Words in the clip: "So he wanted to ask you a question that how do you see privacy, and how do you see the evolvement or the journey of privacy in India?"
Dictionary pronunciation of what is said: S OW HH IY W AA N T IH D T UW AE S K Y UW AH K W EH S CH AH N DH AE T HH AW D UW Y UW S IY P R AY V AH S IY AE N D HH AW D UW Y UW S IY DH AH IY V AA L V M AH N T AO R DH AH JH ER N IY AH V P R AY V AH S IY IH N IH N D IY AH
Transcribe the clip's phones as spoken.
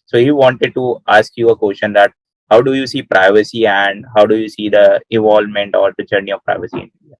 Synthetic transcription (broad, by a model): S OW HH IY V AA N T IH D T UW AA S K Y UW AH K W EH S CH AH N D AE T HH AW D UW Y UW S IY P R AY V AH S IY AE N D HH AW D UW Y UW S IY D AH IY V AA L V M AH N T AO R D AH CH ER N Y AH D P R AY V AH S IY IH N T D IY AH